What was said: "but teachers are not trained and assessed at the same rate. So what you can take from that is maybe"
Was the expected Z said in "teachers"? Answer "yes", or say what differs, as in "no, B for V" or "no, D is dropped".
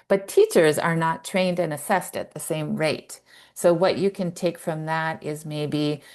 yes